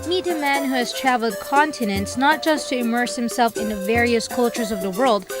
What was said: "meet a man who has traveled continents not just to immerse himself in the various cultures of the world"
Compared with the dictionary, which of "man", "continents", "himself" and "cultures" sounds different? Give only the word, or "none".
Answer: none